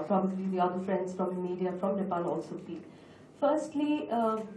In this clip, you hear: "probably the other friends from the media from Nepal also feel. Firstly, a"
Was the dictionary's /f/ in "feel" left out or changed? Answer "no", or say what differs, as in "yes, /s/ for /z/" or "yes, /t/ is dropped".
yes, /p/ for /f/